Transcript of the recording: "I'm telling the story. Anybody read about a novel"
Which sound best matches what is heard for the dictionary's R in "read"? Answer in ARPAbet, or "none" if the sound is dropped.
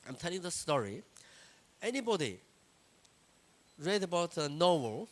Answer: R